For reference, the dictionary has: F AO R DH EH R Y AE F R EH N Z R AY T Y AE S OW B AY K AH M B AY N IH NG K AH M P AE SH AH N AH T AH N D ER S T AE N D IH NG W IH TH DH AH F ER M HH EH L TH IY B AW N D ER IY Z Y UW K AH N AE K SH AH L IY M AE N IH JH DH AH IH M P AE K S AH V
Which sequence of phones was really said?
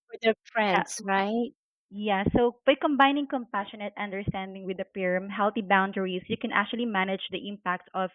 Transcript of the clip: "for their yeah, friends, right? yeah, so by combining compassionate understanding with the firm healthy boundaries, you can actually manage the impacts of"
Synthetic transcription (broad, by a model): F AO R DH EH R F R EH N S R AY T Y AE S OW B AY K AH M B AY N IH NG K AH M P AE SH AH N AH T AH N D ER S T AE N D IH NG W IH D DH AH P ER M HH EH L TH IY B AW N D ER IY S Y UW K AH N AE K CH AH L IY M AE N IH JH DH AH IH M P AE K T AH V